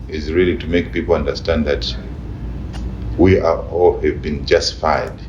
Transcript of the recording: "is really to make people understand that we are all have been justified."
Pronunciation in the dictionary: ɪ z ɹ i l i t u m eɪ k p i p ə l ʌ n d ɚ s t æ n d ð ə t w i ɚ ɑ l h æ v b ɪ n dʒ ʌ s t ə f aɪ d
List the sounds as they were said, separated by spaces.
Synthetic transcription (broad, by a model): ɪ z ɹ i l i t u m eɪ k p i p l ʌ n d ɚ s t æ n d ð ə t w i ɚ ɑ l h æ v b ɪ n dʒ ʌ s t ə f aɪ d